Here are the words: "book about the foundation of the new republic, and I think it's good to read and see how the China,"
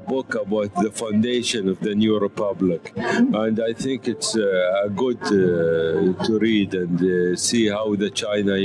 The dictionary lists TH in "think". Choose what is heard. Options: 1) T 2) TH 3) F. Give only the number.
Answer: 2